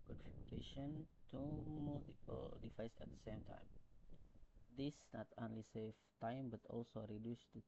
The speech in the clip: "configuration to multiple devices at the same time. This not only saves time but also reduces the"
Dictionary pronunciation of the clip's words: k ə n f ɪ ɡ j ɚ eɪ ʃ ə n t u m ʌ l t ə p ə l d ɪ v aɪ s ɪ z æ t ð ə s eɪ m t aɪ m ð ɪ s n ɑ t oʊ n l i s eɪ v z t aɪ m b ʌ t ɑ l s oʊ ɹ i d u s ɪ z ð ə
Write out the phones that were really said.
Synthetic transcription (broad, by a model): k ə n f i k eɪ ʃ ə n t u m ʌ l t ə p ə l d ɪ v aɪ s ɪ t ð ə s eɪ m t aɪ m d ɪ s n ɑ t oʊ n l i s eɪ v t aɪ m b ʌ t ɑ l s oʊ ɹ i d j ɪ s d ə